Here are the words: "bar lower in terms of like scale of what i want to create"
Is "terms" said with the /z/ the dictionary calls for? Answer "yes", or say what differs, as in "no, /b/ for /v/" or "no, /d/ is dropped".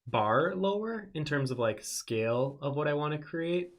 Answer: yes